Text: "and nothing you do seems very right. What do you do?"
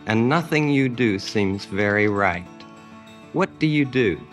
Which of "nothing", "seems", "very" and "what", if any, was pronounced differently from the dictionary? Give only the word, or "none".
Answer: none